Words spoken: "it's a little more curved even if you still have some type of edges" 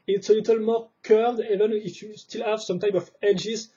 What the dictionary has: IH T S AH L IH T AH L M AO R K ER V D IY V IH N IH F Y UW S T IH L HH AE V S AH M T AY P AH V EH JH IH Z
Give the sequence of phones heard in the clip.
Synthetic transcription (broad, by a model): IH T S AH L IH T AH L M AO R K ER D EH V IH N IH F Y UW S T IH L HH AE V S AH M T AY P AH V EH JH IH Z